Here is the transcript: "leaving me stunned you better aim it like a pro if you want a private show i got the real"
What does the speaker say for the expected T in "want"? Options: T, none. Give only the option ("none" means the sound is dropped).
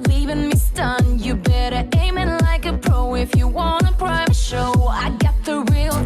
none